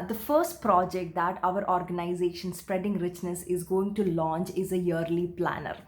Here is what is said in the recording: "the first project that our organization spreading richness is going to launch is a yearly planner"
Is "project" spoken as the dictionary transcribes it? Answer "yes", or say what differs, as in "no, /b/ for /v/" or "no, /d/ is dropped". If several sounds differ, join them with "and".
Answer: yes